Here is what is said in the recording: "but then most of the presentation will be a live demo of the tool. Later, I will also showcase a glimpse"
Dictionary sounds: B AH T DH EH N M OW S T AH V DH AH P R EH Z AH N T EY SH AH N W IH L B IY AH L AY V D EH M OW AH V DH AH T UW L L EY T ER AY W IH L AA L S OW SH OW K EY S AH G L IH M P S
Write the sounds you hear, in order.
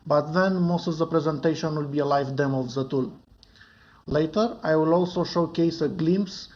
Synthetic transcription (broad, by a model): B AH T DH EH N M OW S T AH V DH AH P R EH Z AH N T EY SH AH N W IH L B IY AH L AY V D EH M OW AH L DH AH T UW L L EY T ER AY W IH L AA L S OW SH OW K EY S AH G L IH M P S